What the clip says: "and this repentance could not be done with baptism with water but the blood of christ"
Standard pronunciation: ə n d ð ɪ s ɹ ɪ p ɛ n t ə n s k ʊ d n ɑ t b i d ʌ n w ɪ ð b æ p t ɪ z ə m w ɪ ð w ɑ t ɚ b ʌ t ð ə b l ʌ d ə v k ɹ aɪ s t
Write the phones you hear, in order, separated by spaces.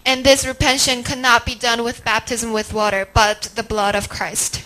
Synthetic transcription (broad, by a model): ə n ð ɪ s ɹ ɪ p ɛ n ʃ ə n k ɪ n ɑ t b i d ʌ n w ɪ ð b æ p t ɪ z ə m w ɪ ð w ɑ t ɚ b ʌ t ð ə b l ʌ d ə v k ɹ aɪ s t